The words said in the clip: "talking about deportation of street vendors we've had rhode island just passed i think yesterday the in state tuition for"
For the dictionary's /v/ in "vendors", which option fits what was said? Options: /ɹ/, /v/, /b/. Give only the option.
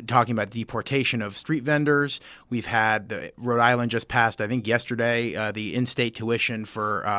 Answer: /v/